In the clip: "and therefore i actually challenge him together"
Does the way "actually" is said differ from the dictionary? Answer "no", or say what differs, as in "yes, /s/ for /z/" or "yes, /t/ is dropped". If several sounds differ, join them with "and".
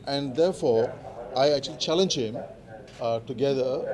no